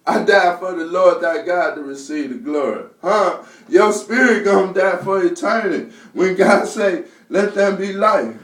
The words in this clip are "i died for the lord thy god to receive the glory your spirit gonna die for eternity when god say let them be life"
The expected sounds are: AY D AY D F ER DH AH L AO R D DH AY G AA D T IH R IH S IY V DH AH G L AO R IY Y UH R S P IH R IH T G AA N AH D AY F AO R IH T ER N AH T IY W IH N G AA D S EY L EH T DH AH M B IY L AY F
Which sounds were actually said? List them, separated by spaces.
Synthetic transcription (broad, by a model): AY D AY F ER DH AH L AO R D DH AY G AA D T IH R IH S IY V DH AH G L AO R IY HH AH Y S P IH R IH T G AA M D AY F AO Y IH T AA AH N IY W IH N G AA D S EY L EH T DH AH M B IY L AY